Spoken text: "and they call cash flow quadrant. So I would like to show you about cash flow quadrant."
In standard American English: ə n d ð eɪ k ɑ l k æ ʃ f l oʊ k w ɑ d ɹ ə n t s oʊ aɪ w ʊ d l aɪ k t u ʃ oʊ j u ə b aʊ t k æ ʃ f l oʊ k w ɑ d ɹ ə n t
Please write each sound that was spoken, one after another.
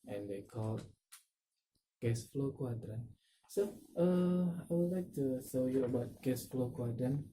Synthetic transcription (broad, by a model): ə n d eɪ k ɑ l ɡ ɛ s f l oʊ k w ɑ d ɹ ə n s oʊ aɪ w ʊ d l aɪ k t u s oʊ j u ə b aʊ t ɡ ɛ s f l oʊ k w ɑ d ɹ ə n